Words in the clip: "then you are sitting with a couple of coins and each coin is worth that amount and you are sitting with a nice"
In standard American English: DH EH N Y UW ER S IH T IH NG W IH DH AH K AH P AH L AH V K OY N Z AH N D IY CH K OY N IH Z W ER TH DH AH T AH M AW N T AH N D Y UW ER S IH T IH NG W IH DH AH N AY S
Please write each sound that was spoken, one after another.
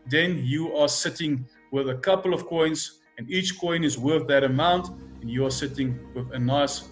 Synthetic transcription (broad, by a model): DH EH N Y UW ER S IH T IH NG W IH DH AH K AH P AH L AH V K OY N Z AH N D IY CH K OY N IH Z W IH DH AH T AH M AW N T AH N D Y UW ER S IH T IH NG W IH DH AH N AY S